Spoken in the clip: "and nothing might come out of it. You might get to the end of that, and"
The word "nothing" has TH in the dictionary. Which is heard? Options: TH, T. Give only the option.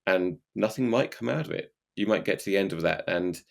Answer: TH